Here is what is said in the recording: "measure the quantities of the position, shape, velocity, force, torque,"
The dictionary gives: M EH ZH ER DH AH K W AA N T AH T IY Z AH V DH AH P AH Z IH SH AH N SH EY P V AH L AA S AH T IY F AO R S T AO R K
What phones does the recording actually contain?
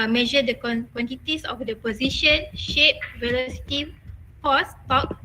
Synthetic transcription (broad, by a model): M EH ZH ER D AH K W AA N T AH T IY S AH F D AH P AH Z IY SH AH N SH EY P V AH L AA S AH T IY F AO S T AO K